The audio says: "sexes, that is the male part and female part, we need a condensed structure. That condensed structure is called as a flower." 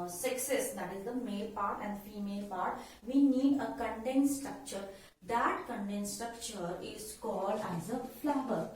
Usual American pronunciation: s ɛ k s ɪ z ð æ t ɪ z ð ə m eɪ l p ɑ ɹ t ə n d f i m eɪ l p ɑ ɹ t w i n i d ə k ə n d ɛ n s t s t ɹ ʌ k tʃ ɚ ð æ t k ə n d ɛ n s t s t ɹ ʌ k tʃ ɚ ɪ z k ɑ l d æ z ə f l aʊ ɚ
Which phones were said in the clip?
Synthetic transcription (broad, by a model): s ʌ k s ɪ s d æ t ɪ z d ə m eɪ l p ɑ ɹ t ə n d f i m eɪ l p ɑ ɹ t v i n i d ə k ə n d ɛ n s s t ɹ ʌ k tʃ ɚ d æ t k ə n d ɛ n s s t ɹ ʌ k tʃ ɚ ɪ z k ɑ l d æ z ə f l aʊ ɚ